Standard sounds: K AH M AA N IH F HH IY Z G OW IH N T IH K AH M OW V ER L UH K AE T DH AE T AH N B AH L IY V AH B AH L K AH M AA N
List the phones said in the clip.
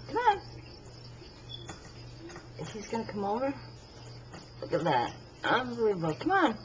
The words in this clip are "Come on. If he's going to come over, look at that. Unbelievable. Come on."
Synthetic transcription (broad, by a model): K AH M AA N IH F HH IY Z G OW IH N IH K AH M OW V ER L UH K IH T DH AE T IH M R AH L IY W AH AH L K AH M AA N